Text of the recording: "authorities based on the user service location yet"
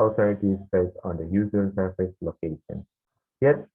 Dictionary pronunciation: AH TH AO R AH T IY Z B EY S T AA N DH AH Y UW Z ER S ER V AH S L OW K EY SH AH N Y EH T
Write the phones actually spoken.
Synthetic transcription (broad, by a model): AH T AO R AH T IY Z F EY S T AA N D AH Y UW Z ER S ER F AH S L OW K EY SH AH N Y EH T